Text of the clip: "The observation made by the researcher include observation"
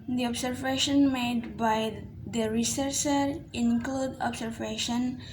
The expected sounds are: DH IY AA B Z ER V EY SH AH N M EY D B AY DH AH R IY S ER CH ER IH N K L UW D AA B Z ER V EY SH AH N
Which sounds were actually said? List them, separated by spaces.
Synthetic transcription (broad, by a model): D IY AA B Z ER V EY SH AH N M EY D B AY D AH R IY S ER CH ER IH N K L UW D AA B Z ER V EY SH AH N